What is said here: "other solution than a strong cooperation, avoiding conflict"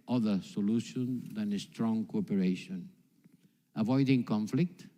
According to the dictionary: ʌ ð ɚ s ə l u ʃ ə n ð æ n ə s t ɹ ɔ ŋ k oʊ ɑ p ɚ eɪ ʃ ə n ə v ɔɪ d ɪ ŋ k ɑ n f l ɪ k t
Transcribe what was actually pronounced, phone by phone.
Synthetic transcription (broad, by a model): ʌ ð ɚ s ə l u ʃ ə n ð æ n ə s t ɹ ɔ ŋ k oʊ ɑ p ɚ eɪ ʃ ə n ə v ɔɪ d ɪ ŋ k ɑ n f l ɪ k t